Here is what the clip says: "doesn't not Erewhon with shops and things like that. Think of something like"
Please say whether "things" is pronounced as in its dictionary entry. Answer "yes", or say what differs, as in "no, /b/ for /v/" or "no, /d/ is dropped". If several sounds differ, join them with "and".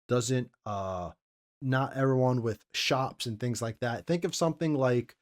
yes